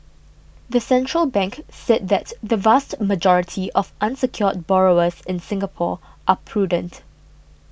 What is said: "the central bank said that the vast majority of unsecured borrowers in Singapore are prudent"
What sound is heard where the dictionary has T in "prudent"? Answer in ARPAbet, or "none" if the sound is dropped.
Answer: T